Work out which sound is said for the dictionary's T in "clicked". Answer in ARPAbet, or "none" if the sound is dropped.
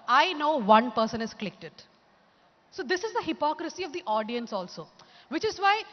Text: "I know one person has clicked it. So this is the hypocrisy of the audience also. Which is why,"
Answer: T